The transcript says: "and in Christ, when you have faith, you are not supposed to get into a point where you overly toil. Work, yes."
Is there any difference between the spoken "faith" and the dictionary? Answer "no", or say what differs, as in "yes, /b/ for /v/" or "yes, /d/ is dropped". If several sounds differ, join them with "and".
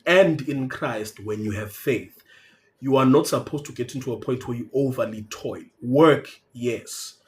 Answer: no